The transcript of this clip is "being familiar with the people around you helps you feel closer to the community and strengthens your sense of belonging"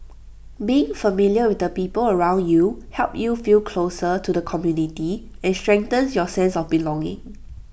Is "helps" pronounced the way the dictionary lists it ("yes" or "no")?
no